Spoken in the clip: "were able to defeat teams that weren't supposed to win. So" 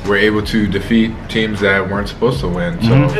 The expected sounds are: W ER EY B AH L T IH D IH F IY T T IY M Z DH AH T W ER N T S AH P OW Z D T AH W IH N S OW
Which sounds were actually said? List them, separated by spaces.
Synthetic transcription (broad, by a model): W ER EY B L T IH D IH F IY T T IY M Z DH AH T W ER N T S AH P OW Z T AH W IH N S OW